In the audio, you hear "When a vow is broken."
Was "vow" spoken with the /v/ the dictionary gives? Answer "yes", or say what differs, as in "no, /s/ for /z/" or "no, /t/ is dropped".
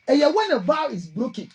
no, /b/ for /v/